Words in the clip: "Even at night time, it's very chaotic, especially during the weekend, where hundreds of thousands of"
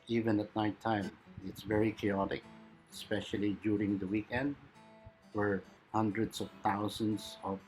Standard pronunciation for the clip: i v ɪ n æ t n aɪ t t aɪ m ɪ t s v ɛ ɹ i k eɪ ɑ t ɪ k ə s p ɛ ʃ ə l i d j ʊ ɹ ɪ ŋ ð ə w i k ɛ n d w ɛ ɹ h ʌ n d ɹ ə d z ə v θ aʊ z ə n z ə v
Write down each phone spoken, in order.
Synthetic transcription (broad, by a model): i v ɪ n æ t n aɪ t t aɪ m ɪ t s v ɛ ɹ i k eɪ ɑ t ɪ k ə s p ɛ ʃ ə l i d j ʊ ɹ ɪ ŋ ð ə w i k ɛ n d w ɛ ɹ h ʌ n d ɹ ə d s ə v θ aʊ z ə n s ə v